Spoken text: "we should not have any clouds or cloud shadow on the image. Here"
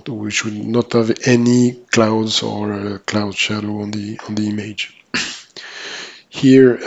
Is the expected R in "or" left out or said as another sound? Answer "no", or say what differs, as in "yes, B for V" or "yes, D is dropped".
no